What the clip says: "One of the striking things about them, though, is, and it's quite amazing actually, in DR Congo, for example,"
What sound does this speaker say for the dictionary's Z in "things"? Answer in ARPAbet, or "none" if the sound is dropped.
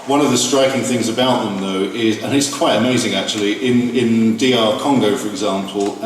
Z